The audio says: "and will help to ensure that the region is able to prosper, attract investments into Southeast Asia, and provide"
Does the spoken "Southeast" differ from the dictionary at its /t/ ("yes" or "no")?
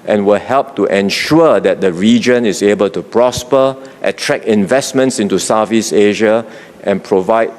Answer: yes